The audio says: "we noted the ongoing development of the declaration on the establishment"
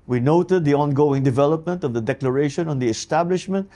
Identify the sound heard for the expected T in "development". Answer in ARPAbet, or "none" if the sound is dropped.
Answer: T